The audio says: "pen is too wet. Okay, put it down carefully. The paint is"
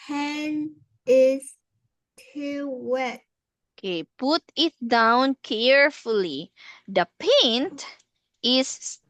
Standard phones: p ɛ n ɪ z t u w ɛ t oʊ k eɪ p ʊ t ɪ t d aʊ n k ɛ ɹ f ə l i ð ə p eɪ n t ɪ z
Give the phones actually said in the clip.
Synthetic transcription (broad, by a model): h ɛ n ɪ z t u w ɛ t oʊ k eɪ p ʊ t ɪ t d aʊ n k ɛ ɹ f ə l i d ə p eɪ n t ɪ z